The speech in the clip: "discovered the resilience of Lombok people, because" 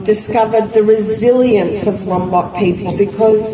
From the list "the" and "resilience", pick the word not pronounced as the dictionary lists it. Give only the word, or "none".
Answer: none